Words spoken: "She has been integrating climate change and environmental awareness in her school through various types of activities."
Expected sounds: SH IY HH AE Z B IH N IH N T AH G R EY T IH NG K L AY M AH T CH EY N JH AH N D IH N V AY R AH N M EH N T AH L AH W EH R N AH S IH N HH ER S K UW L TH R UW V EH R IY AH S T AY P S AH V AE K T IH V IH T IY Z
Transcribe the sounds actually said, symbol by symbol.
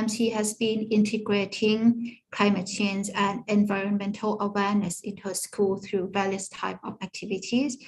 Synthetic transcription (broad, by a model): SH IY HH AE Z B IH N IH N T AH G R EY T IH NG K L AY M AH T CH EY N Z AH N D IH N V AY R AH N M EH N T AH L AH W EH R N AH S IH N HH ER S K UW L TH R UW V EH R IY AH S T AY P AH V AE K T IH V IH T IY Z